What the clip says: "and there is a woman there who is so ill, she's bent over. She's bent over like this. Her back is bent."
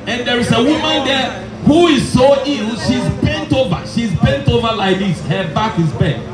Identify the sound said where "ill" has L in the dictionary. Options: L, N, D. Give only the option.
N